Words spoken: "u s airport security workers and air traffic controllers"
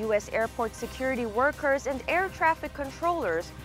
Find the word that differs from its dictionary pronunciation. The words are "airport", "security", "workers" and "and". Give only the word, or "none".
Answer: none